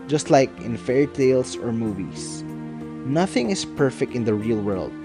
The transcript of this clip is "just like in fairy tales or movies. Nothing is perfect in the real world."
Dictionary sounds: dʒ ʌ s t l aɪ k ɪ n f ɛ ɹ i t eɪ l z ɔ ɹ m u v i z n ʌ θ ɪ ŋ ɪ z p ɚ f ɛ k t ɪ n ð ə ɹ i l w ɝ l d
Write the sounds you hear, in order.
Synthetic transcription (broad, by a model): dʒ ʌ s t l aɪ k ɪ n f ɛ ɹ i t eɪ l s ɔ ɹ m u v i s n ʌ θ ɪ ŋ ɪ s p ɚ f ɛ k t ɪ n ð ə ɹ i l w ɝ l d